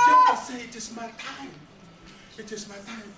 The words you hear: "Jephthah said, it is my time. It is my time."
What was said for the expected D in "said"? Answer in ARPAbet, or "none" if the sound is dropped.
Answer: none